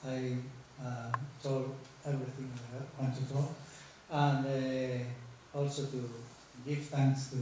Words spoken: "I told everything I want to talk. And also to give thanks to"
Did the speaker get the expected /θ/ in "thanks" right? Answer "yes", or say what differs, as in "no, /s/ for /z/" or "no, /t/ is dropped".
no, /t/ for /θ/